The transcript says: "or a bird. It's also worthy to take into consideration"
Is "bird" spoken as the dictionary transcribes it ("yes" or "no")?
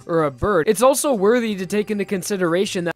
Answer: no